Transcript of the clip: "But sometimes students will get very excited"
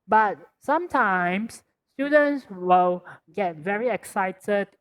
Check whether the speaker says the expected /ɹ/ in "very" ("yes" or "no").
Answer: yes